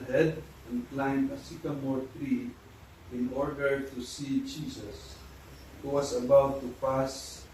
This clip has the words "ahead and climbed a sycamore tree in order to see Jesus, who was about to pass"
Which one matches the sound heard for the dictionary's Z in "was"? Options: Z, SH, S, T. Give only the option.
S